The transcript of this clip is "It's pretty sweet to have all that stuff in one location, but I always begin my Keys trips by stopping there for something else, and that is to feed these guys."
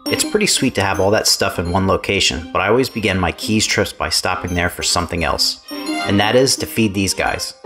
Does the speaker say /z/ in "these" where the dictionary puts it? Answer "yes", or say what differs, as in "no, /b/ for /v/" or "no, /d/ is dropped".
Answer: yes